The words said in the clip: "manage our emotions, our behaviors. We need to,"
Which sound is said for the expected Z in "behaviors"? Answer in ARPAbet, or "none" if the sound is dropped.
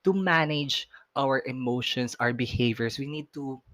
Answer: S